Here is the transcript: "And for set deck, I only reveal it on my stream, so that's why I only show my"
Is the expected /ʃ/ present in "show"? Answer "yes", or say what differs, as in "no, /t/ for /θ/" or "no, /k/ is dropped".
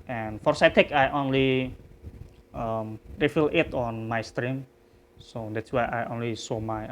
no, /s/ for /ʃ/